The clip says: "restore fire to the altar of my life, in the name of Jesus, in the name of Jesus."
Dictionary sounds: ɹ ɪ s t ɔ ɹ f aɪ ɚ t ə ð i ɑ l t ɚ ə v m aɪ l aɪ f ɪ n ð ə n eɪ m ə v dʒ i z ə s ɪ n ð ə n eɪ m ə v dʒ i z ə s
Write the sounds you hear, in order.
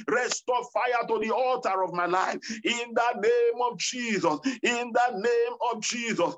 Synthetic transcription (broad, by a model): ɹ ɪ s t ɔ f aɪ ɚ t ə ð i ɑ l t ɚ ə v m aɪ l aɪ f ɪ n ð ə n eɪ m ə v dʒ i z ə s ɪ n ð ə n eɪ m ə v dʒ i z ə s